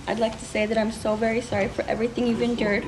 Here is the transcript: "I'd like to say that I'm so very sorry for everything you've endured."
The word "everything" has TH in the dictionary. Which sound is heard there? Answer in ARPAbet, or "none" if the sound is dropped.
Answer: TH